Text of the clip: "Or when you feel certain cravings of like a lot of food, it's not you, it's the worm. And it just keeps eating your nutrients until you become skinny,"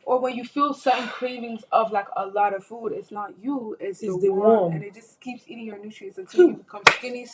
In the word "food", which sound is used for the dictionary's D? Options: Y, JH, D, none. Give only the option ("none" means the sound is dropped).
D